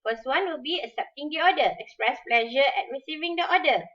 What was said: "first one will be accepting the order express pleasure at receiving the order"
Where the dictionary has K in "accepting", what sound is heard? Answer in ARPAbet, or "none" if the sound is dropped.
none